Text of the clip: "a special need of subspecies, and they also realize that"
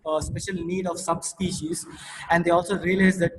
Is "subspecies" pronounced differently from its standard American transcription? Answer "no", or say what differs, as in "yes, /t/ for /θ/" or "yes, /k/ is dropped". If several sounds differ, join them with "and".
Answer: no